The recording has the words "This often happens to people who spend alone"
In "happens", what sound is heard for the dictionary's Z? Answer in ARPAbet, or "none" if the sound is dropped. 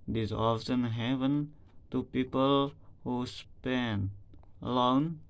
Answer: none